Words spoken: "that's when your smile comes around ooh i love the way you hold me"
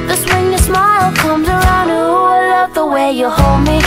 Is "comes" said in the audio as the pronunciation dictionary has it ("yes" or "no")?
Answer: yes